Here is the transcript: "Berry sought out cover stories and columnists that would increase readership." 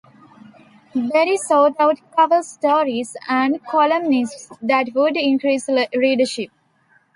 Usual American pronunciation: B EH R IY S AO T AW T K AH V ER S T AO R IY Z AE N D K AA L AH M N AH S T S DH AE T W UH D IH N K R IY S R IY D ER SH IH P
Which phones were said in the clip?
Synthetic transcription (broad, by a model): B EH R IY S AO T AW T K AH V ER S T AO R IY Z AE N D K AA L AH M N AH S T S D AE T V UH D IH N K R IY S L IY D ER SH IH P